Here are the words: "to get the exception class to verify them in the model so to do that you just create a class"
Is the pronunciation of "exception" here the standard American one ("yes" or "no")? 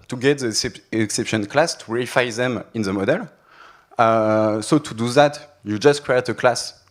yes